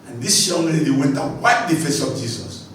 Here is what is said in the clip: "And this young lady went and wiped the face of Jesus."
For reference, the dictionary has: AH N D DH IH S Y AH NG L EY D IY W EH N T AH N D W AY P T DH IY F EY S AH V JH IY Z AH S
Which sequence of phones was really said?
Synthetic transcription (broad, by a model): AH N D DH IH S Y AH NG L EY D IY W EH N T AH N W AY T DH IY F EY S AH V JH IY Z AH S